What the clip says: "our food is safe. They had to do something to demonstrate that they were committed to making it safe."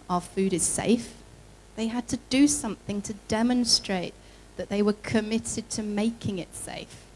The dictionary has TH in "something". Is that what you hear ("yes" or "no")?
yes